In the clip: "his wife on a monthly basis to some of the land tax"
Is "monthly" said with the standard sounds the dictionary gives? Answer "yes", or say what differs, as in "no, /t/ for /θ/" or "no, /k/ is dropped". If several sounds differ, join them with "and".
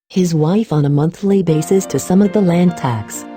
yes